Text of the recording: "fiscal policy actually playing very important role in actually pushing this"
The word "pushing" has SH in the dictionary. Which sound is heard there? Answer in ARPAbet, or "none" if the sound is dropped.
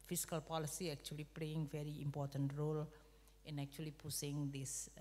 S